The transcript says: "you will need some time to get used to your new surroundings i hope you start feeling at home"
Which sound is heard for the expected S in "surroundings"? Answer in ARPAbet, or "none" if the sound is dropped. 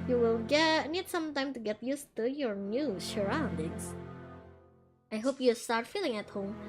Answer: SH